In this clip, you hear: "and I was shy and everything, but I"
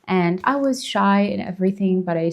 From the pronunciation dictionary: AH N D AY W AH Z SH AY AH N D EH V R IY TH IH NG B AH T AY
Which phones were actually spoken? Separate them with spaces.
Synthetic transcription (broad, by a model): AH N AY W AH Z SH AY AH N EH V R IY TH IH NG B AH T AY